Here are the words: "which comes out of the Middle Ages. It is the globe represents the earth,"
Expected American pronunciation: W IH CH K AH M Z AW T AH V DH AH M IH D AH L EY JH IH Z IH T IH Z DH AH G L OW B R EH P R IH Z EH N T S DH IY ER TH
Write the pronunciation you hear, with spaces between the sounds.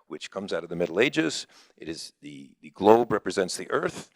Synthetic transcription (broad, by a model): W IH CH K AH M Z AW T AH V DH AH M IH D L EY JH IH Z IH T IH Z DH AH G L OW B R EH P R IH Z EH N T S DH IY ER TH